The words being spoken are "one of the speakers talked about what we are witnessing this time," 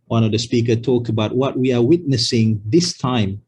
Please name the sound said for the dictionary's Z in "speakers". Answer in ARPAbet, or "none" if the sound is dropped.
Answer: none